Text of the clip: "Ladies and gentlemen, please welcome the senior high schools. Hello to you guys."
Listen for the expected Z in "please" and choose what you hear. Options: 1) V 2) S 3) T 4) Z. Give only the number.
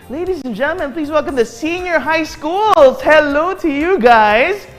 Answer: 4